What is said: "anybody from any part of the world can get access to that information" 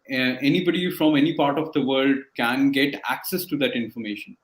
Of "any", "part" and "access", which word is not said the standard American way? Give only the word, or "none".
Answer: none